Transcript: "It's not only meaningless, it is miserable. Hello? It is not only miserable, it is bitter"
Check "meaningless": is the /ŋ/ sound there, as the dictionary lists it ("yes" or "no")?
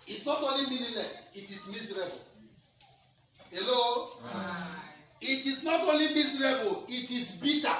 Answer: no